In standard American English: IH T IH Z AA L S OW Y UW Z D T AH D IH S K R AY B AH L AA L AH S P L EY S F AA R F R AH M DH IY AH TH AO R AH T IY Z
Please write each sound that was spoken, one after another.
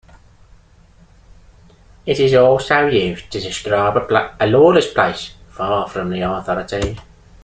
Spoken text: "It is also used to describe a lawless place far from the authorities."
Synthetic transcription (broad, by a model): IH T IH Z AA L S OW Y UW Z T AH D IH S K R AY B AH L AA L AH S P L EY S F AA F R AH M DH IY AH TH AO R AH T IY